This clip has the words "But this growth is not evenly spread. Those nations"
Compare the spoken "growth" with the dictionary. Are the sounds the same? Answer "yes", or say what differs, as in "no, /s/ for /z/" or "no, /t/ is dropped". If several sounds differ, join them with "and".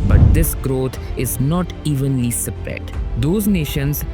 no, /t/ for /θ/